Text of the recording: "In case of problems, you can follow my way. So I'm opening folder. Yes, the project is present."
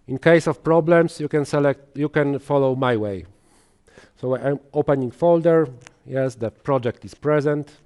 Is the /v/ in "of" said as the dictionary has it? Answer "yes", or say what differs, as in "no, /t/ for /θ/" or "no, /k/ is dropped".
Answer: no, /f/ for /v/